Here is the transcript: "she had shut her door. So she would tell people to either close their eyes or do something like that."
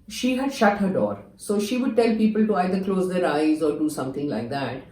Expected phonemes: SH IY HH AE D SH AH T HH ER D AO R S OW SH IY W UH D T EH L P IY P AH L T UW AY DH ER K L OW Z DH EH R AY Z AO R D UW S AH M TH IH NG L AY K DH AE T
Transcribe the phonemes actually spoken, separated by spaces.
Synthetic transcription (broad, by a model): SH IY HH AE D SH AH T HH ER D AO R S OW SH IY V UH D T EH L P IY P AH L T UW AY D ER K L OW Z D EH R AY Z AO R D UW S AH M T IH NG L AY K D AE T